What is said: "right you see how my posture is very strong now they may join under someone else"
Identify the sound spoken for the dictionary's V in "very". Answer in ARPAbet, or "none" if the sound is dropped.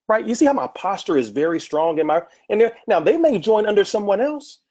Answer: V